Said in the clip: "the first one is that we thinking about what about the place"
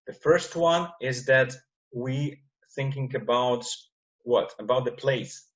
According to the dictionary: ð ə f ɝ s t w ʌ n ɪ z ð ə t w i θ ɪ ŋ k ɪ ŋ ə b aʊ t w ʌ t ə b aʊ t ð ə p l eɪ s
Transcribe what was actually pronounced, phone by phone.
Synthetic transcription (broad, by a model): ð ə f ɝ s t w ʌ n ɪ z ð ə t w i θ ɪ ŋ k ɪ ŋ ə b aʊ t w ʌ t ə b aʊ t ð ə p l eɪ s